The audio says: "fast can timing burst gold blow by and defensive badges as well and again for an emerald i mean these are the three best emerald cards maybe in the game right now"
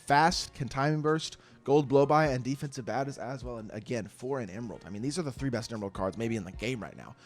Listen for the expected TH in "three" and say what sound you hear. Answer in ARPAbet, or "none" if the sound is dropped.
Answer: TH